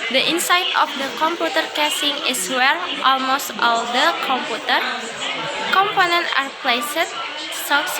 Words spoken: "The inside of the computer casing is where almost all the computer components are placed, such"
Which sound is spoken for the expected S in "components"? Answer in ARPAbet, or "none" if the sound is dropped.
none